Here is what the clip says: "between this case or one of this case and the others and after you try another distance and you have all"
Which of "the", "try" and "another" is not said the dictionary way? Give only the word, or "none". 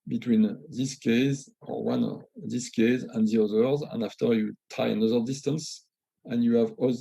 try